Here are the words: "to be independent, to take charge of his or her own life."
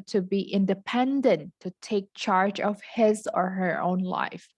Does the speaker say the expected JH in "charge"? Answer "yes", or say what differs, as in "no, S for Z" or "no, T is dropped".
yes